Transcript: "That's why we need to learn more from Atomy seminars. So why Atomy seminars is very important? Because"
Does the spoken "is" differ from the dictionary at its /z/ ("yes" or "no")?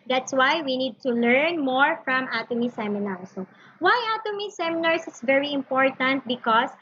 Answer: yes